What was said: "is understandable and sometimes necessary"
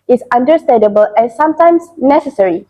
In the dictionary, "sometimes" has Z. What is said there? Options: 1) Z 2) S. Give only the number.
2